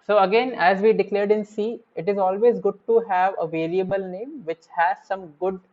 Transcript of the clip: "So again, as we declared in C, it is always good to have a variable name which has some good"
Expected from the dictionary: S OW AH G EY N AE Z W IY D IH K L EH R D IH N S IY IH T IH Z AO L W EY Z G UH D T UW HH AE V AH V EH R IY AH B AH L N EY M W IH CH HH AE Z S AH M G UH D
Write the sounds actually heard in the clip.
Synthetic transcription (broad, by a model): S OW AH G EY N AE Z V IY D IH K L EH R D IH N S IY IH T IH Z AO L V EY Z G UH D T UW HH AE V AH V EH L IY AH B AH L N EY M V IH CH HH AE Z S AH M G UH D